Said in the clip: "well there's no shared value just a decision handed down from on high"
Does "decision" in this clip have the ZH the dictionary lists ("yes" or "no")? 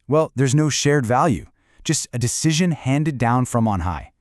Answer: yes